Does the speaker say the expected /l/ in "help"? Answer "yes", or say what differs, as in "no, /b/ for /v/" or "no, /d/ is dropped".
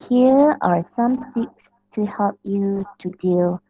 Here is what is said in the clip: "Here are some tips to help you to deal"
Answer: yes